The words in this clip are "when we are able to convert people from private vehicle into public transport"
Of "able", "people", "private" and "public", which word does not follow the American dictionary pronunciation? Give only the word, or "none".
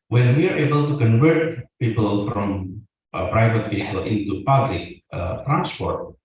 none